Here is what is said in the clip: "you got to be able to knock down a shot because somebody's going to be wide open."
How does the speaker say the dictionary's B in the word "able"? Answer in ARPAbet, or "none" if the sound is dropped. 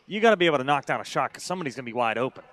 none